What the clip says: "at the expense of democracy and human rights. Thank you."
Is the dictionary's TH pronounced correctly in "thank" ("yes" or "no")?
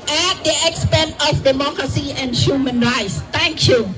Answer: no